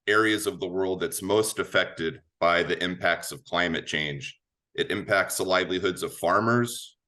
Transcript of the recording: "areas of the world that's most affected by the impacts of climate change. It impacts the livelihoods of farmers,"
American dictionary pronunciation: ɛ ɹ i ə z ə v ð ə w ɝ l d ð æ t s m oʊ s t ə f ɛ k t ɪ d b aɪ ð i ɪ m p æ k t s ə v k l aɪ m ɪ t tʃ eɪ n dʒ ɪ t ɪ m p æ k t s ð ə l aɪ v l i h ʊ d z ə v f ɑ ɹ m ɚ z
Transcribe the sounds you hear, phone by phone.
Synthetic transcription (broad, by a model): ɛ ɹ i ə z ə v ð ə w ɝ l d ð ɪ t s m oʊ s t ə f ɛ k t ɪ d b aɪ ð i ɪ m p æ k t s ə v k l aɪ m ɪ t tʃ eɪ n dʒ ɪ t ɪ m p æ k t s ð ə l aɪ v l i h ʊ d z ə v f ɑ ɹ m ɚ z